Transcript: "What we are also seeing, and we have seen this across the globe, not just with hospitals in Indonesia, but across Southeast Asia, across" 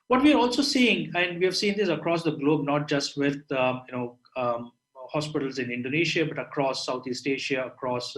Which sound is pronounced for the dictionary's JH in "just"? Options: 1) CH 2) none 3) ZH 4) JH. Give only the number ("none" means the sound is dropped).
4